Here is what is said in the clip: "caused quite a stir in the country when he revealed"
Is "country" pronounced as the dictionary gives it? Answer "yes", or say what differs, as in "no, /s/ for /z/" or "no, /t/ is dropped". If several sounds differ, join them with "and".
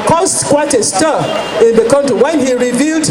no, /ɹ/ is dropped